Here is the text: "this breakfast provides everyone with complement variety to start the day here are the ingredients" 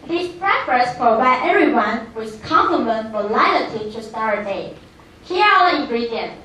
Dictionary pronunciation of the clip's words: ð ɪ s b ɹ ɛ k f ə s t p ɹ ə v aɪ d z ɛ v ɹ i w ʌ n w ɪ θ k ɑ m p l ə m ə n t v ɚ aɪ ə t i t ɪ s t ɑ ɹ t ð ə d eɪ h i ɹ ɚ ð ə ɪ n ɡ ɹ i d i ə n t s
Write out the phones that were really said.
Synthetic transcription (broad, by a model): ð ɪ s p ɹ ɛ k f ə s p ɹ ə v aɪ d ɛ v ɹ i w ʌ n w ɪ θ k ɑ m p l ə m ə n t f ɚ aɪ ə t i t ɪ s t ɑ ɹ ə d eɪ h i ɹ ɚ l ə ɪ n ɡ ɹ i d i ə n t